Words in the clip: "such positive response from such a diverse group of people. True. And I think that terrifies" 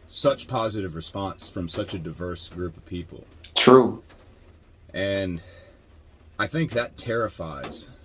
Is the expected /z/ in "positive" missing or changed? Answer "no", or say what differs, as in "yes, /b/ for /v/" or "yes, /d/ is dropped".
no